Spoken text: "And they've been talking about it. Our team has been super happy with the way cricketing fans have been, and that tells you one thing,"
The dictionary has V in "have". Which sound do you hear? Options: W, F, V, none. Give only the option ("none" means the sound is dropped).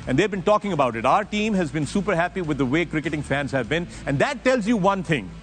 V